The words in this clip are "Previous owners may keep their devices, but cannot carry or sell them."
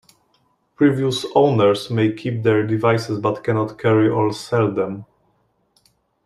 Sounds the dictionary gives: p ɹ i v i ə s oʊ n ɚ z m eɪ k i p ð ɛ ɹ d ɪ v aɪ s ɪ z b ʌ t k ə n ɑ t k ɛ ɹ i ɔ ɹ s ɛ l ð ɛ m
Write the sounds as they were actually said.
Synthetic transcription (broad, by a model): p ɹ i v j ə s oʊ n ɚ s m eɪ k i p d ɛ ɹ d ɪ v aɪ s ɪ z b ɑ t k ə n ɑ t k ɛ ɹ i ɔ l s ɛ l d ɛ m